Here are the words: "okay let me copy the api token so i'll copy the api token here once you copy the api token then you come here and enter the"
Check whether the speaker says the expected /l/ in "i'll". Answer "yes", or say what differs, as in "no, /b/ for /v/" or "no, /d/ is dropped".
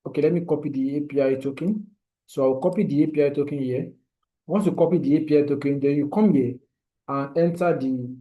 no, /w/ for /l/